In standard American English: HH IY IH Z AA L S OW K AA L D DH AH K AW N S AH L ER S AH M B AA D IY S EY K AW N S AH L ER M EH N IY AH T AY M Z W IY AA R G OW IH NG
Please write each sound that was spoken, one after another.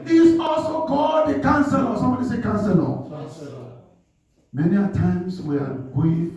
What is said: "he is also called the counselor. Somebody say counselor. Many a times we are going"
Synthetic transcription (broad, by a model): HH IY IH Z AA L S OW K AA D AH K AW N S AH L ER S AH M B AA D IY S EY K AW N S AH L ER M EH N IY AH T AY M S W IY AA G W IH